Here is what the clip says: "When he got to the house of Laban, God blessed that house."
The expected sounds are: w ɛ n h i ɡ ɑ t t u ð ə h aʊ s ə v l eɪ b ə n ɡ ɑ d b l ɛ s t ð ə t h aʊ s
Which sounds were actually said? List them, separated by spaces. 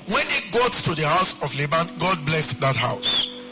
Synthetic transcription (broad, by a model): w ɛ n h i ɡ ɑ t t u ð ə h aʊ s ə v l eɪ b ə n ɡ ɑ d b l ɛ s t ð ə t h aʊ s